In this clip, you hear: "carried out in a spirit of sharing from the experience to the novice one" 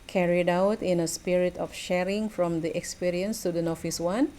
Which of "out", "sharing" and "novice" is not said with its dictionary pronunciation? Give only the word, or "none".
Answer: novice